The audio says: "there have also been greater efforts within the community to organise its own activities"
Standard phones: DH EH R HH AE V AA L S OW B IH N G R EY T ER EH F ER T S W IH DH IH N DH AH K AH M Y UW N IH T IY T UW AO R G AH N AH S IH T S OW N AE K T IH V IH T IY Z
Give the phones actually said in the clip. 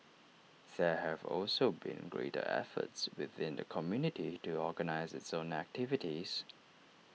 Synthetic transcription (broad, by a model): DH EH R HH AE V AA L S OW B IH N G R EY T ER EH F ER T S W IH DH IH N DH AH K AH M Y UW N IH T IY T UW AO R G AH N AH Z IH T S OW N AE K T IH V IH T IY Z